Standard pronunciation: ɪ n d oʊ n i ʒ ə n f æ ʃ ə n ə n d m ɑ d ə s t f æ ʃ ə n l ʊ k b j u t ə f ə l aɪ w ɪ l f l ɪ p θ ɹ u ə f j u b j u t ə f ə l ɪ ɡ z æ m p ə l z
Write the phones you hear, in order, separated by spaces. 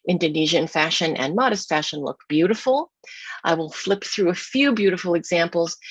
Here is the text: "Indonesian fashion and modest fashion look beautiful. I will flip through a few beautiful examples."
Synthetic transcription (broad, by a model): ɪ n d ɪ n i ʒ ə n f æ ʃ ə n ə n m ɑ d ə s t f æ ʃ ə n l ʊ k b j u t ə f l aɪ w ɪ l f l ɪ p θ ɹ u ə f j u b j u t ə f l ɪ ɡ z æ m p l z